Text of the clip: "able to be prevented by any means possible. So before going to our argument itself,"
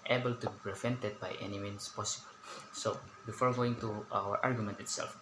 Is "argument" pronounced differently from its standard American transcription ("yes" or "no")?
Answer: no